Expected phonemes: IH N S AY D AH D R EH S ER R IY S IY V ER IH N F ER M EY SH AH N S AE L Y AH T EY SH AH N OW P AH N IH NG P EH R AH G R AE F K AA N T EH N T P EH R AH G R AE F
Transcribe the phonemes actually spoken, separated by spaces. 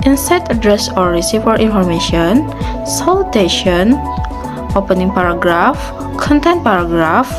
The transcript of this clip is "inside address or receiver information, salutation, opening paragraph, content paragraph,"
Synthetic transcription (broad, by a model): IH N S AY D AH D R EH S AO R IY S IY F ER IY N F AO M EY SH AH N S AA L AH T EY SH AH N OW P AH N IH NG P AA R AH G R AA F K AA N T EH N T P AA R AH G R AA F